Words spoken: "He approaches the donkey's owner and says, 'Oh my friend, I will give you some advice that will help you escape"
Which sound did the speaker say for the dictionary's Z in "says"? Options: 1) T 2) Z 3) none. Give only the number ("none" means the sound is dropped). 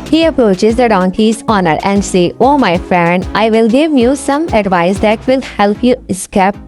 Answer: 3